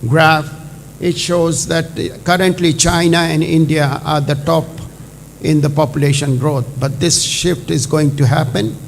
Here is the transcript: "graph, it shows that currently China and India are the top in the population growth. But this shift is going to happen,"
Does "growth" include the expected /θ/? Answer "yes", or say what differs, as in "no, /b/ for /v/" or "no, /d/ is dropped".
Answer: no, /t/ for /θ/